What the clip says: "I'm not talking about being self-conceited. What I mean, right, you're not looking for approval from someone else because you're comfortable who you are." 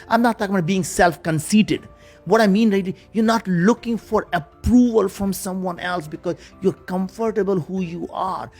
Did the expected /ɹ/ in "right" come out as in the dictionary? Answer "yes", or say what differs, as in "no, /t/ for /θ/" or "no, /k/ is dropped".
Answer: no, /l/ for /ɹ/